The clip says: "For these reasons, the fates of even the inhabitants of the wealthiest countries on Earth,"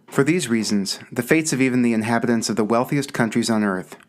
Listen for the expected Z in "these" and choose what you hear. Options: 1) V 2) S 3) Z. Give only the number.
3